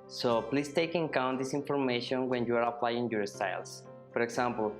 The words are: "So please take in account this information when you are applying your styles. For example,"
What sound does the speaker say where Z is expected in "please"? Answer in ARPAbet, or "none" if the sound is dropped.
S